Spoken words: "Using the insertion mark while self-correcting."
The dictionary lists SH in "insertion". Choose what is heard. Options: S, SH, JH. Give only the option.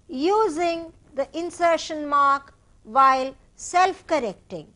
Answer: SH